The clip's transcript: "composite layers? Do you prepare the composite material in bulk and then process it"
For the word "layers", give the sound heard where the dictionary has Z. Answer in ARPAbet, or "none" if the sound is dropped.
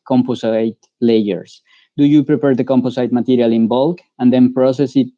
S